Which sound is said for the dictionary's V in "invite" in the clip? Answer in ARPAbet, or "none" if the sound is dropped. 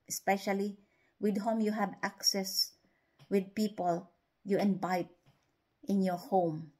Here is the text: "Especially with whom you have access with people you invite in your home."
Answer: B